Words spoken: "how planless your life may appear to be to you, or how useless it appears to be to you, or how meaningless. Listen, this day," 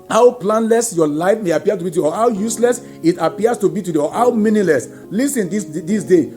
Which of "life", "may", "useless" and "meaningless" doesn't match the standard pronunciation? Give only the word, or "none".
meaningless